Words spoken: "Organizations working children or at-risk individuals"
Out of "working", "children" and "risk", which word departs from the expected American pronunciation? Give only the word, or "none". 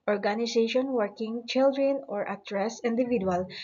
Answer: risk